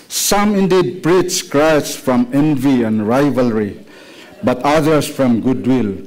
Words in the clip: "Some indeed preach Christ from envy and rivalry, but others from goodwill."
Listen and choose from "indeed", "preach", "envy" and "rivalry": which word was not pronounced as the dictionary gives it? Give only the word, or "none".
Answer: preach